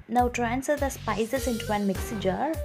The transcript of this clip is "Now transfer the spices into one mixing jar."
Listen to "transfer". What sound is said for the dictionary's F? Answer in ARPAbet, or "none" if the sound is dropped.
none